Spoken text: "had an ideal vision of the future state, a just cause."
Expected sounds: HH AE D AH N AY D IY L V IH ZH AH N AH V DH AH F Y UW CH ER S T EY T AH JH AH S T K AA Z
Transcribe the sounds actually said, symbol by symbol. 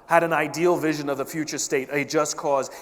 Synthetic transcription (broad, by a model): HH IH D AH N AY D IY L V IH ZH AH N AH V DH AH F Y UW CH ER S T EY T AH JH AH S K AA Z